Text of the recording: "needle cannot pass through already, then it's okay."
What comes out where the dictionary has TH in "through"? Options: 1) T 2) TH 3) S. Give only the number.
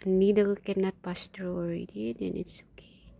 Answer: 1